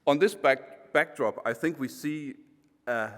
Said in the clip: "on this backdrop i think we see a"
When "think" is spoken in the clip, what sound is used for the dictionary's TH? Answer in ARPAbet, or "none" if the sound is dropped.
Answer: TH